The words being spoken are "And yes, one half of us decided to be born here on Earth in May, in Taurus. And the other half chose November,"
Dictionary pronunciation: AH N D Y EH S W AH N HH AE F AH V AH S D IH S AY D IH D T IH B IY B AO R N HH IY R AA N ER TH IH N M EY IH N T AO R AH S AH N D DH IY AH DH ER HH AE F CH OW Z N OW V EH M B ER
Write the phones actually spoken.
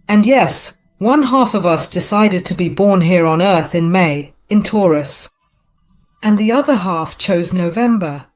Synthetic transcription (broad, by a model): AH N Y EH S W AH N HH AE F AH V AH S D IH S AY D IH D T IH B IY B AO R N HH IY R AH N ER TH IH N M EY IH N T AO R AH S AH N DH IY AH DH ER HH AE F CH OW Z N OW V EH M B ER